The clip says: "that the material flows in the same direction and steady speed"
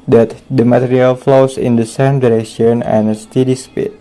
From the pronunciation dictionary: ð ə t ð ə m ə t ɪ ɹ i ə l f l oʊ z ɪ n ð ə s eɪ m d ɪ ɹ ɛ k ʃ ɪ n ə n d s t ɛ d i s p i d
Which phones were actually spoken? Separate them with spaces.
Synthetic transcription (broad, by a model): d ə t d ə m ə t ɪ ɹ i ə l f l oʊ s ɪ n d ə s eɪ m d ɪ ɹ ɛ k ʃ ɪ n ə n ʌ s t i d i s p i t